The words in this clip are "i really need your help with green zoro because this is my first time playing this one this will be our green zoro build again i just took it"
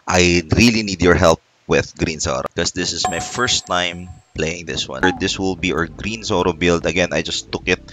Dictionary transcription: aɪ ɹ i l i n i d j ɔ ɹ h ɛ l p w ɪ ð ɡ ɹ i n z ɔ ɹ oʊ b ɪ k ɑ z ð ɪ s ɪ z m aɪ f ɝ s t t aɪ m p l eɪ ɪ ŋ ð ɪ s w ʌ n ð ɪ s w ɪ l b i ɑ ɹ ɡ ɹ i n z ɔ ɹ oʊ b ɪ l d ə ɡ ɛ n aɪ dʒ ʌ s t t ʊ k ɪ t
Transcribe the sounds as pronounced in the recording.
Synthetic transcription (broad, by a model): aɪ ɹ i l i n i d j ɔ ɹ h ɛ l p w ɪ ð ɡ ɹ i n s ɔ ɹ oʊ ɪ k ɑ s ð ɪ s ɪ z m aɪ f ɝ s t t aɪ m p l eɪ ɪ ŋ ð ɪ s w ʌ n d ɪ s w ɪ l b i ɑ ɹ ɡ ɹ i n s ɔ ɹ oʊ b ɪ l d ə ɡ ɛ n aɪ dʒ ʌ s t t ʊ k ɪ t